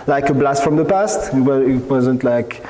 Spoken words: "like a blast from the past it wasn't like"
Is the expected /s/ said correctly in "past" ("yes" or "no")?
yes